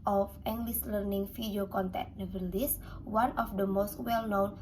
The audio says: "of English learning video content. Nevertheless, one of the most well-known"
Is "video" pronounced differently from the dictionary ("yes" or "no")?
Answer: yes